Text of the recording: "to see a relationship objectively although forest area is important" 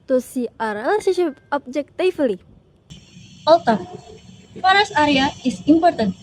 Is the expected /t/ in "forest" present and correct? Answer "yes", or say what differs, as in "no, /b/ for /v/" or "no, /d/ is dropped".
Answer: no, /t/ is dropped